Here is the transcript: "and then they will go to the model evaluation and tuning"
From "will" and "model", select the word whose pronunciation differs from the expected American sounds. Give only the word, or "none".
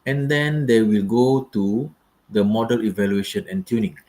none